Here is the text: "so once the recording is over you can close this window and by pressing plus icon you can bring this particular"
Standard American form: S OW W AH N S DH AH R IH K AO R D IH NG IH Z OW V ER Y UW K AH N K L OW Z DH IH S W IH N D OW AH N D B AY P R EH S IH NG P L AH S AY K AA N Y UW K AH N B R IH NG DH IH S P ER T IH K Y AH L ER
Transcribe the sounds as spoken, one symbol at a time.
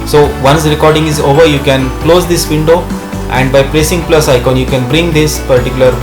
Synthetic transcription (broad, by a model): S OW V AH N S R IH K AO R D IH NG IH Z OW V ER Y UW K AH N K L OW Z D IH S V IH N D OW AH N D B AY P R EH S IH NG P L AH S AY K AA N Y UW K AH N B R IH NG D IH S P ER T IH K Y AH L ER